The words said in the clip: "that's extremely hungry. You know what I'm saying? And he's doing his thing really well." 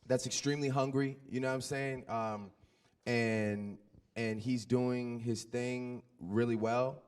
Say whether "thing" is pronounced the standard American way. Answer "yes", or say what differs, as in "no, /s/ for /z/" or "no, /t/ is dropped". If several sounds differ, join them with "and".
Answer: yes